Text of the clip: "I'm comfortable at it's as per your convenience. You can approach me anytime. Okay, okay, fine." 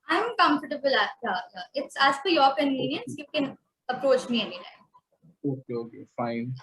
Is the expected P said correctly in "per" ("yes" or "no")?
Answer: no